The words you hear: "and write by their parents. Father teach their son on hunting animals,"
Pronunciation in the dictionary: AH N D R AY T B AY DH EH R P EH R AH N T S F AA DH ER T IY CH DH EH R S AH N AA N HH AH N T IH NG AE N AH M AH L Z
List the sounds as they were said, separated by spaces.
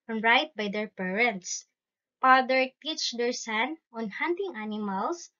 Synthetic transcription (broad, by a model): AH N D R AY T B AY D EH R P EH R AH N T S P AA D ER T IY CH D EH R S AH N AA N HH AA N T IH NG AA N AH M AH L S